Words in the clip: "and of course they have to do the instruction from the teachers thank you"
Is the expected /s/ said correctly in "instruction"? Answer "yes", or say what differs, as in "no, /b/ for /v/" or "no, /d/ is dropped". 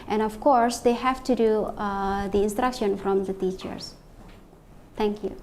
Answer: yes